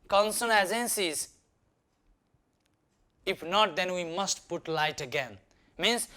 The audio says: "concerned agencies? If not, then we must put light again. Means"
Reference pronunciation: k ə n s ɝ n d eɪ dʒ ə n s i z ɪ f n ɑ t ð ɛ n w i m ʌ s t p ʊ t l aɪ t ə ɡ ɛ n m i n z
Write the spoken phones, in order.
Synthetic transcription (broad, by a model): k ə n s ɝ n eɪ z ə n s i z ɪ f n ɑ t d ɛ n w i m ʌ s t p ʊ t l aɪ t ə ɡ ɛ n m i n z